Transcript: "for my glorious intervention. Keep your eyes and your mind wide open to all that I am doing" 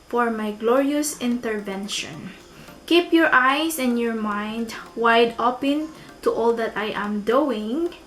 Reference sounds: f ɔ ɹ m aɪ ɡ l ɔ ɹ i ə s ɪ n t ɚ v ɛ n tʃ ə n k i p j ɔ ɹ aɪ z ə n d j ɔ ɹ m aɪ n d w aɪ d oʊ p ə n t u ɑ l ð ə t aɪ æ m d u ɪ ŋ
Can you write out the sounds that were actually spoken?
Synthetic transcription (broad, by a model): f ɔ ɹ m aɪ ɡ l ɔ ɹ i ə s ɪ n t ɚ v ɛ n ʃ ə n k i p j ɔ ɹ aɪ s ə n j ɔ ɹ m aɪ n d w aɪ d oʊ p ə n t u ɑ l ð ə t aɪ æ m d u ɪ ŋ